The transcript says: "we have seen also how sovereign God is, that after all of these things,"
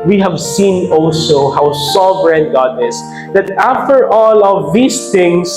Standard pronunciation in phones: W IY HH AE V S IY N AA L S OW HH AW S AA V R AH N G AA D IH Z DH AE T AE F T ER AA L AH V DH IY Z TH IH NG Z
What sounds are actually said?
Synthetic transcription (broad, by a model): W IY HH AE V S IY N AA L S OW HH AW S AA V R AH N G AA D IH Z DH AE T AE F T ER AA L AH V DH IY S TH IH NG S